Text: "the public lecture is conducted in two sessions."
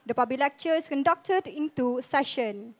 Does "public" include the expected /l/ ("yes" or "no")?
no